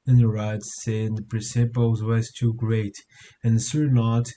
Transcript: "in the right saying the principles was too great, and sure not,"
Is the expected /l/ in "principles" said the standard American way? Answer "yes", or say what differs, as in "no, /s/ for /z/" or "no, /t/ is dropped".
no, /w/ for /l/